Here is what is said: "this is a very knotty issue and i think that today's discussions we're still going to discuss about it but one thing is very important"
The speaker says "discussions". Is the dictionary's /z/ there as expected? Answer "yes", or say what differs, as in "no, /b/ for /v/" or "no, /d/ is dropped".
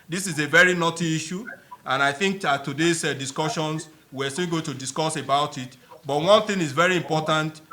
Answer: no, /s/ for /z/